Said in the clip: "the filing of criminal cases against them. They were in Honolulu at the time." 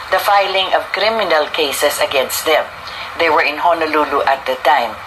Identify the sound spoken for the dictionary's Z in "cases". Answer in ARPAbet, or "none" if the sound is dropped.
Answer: S